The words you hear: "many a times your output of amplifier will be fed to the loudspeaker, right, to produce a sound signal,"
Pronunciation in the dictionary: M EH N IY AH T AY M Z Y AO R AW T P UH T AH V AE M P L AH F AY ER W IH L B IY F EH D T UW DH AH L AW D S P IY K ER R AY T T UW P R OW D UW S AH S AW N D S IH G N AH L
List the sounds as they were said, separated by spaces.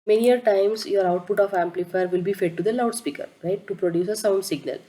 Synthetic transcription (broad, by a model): M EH N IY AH T AY M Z Y AO R AW T P UH T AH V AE M P L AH F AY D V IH L B IY F EH D T UW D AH L AW D S P IY K ER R AY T T UW P R OW D UW S AH S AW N S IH G N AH L